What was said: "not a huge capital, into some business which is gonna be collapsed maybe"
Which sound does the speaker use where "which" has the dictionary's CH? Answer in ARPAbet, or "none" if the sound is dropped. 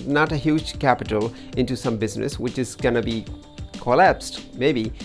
CH